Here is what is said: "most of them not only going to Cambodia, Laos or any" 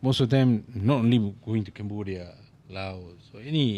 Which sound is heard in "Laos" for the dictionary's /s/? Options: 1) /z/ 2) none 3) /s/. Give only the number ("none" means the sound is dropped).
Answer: 3